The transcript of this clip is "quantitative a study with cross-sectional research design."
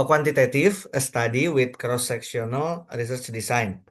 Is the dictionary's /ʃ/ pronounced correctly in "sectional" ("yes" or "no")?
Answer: no